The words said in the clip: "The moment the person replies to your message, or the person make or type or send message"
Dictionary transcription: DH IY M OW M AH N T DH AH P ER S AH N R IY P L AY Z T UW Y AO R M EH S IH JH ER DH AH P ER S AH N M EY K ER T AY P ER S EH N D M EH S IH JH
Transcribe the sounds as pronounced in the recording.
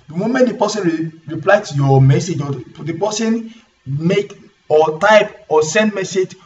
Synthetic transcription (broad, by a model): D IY M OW M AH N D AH P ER S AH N R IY P L AY T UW Y AO M EH S IH JH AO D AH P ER S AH N M EY K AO T AY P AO S EH N D M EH S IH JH